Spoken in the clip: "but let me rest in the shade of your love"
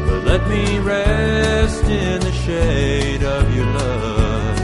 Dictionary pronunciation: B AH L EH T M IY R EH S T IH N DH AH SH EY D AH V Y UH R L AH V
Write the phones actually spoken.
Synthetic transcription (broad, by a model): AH L EH T M IY R EH S T IH N DH AH SH EY D AH V Y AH R L AH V